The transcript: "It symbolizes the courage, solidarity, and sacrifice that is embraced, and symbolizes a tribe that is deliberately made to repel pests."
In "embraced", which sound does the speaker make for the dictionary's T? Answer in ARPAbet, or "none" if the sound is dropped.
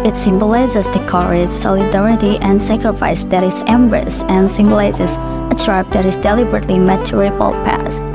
none